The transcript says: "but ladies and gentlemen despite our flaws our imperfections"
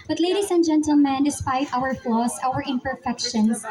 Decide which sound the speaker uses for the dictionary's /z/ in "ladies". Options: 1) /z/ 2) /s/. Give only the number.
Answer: 2